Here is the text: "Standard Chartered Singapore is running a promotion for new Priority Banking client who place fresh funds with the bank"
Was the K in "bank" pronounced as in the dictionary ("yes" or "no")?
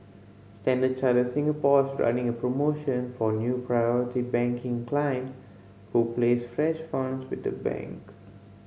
yes